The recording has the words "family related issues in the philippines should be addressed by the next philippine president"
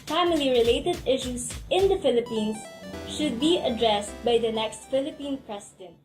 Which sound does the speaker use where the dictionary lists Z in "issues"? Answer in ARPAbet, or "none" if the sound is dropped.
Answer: S